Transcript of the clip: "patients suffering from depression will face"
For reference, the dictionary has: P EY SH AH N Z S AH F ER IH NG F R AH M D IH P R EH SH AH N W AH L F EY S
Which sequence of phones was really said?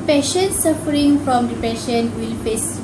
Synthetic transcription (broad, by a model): P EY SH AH N S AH F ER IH NG F R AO M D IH P EH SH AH N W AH L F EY S